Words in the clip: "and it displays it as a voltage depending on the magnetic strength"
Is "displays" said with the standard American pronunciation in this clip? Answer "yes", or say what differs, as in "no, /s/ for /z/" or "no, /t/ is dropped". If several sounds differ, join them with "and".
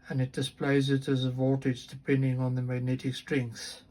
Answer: yes